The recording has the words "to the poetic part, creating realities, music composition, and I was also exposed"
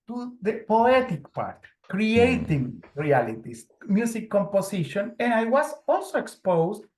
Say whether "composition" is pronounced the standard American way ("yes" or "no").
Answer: no